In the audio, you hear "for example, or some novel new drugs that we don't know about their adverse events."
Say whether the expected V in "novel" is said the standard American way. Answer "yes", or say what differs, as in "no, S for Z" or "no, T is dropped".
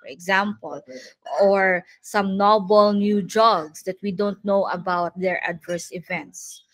no, B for V